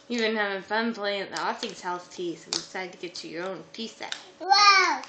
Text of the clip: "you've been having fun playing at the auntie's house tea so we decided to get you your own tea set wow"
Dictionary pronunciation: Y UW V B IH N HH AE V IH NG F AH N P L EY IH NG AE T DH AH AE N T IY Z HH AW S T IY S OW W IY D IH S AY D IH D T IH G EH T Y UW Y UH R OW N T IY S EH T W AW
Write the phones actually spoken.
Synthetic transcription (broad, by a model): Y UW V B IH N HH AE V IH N F AH N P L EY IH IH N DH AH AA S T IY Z HH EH TH T IY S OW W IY D IH S AY D IH D T IH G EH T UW Y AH R OW N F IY S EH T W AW